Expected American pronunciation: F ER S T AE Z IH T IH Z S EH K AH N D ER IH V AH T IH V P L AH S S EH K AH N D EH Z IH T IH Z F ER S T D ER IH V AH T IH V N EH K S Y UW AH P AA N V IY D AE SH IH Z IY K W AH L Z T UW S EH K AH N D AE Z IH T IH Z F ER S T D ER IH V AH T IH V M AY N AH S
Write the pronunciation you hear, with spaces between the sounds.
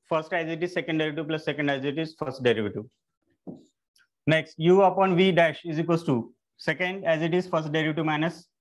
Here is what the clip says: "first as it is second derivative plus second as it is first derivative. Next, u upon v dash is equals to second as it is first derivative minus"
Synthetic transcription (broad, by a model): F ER S T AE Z IH T IH Z S EH K AH N D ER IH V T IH P L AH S S EH K AH N D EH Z IH T IH Z F ER S T D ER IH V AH T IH N EH K S Y UW AH P AA N V IY D AE SH IH Z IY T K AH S T UW S EH K AH N D AE Z IH T IH Z F ER S T D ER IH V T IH M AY N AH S